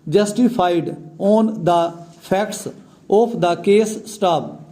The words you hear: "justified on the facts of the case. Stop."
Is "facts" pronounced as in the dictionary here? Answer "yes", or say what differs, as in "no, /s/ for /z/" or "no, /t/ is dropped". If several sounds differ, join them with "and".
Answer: no, /p/ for /f/